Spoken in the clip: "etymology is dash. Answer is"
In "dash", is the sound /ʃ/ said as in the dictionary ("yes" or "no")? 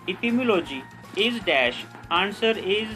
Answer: yes